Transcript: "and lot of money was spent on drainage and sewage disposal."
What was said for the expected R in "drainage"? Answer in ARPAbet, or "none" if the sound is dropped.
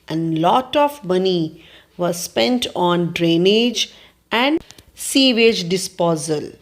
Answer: R